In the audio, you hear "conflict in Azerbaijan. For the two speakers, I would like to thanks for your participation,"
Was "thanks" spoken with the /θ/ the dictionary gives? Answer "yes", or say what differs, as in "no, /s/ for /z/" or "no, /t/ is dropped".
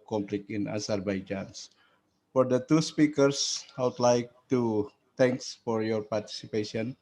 no, /t/ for /θ/